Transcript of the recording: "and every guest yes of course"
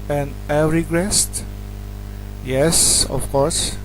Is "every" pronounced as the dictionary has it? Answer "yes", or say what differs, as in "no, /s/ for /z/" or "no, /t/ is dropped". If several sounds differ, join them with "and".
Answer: no, /v/ is dropped